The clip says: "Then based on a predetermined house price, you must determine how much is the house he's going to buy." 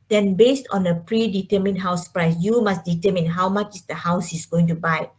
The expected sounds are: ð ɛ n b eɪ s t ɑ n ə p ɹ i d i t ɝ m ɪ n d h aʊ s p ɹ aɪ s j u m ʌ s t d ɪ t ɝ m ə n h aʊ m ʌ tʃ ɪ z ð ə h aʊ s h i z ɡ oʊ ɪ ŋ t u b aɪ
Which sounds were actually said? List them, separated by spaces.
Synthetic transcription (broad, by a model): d ɛ n b eɪ s t ɑ n ə p ɹ i d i t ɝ m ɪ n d h aʊ s p ɹ aɪ s j u m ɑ s d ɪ t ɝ m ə n h aʊ m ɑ tʃ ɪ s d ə h aʊ s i s ɡ oʊ ɪ ŋ t u b aɪ